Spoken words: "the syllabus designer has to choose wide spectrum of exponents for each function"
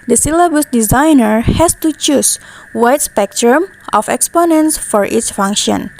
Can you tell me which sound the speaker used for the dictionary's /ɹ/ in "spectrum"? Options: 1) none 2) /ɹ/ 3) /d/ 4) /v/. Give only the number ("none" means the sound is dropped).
2